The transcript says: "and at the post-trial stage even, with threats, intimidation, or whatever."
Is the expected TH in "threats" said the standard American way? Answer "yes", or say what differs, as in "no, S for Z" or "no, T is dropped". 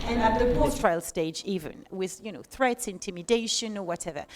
yes